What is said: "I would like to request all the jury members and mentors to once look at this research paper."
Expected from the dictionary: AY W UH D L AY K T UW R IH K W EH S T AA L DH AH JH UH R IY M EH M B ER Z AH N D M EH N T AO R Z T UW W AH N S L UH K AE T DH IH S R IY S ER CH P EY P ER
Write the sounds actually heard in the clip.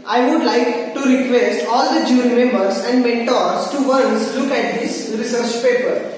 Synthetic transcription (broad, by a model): AY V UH D L AY K T UW R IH K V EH S T AA L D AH JH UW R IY M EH M B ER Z AH N D M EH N T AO R S T UW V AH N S L UH K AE T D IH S R IY S ER CH P EY P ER